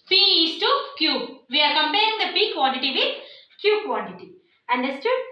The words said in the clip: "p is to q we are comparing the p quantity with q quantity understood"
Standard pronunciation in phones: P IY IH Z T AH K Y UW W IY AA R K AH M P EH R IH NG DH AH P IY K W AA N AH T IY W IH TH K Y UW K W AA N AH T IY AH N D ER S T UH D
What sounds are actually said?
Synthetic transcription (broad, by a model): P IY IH S T AH K Y UW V IY AA R K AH M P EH IH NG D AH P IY K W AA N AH T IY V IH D K Y UW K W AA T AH T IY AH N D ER S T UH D